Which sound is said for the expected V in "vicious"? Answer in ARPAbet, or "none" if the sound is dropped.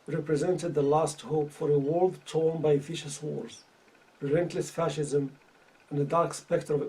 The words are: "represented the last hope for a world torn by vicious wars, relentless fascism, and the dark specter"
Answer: F